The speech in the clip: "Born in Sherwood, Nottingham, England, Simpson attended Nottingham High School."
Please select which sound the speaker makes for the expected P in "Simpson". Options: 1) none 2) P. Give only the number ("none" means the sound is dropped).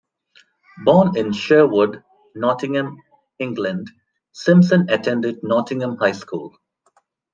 1